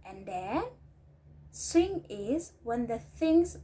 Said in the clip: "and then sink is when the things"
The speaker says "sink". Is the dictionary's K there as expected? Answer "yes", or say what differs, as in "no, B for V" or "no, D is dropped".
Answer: no, K is dropped